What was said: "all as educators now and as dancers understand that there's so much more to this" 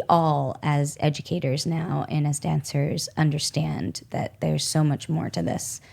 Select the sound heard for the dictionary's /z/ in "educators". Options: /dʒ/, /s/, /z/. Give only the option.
/z/